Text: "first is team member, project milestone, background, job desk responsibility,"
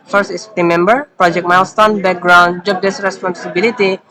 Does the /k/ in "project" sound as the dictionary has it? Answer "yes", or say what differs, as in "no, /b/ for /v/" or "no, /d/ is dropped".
yes